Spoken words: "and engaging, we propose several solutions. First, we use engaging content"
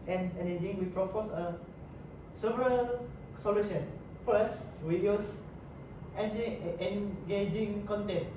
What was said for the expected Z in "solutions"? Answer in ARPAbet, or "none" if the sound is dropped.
none